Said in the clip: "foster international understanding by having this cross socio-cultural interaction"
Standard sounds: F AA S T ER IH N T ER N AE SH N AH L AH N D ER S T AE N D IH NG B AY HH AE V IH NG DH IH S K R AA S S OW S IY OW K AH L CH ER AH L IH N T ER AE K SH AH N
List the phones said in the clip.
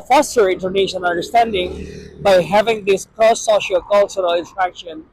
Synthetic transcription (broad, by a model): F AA S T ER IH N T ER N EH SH AH N AH N D ER S T AE N D IH NG B AY HH AE V IH NG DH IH S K R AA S S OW SH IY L K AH L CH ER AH L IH N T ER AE K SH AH N